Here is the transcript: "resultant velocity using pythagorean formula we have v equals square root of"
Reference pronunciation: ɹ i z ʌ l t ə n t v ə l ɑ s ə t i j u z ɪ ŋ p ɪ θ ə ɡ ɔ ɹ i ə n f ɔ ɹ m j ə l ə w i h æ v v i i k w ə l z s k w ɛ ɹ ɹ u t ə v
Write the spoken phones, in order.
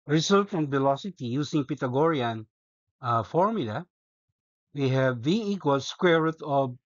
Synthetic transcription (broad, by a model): ɹ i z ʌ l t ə n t v ə l ɑ s ə t i j u s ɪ ŋ p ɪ t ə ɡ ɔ ɹ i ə n f ɔ ɹ m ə l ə w i h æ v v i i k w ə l s k w ɛ ɹ ɹ u t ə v